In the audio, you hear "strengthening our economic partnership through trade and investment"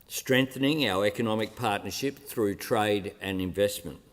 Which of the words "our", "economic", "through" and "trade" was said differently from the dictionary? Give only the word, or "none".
none